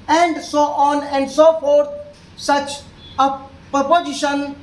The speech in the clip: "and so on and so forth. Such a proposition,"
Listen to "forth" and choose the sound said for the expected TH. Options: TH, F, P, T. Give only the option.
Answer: T